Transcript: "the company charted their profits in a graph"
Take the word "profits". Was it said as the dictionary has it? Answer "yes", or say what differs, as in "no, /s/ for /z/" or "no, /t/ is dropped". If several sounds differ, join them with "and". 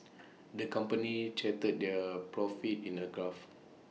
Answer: no, /s/ is dropped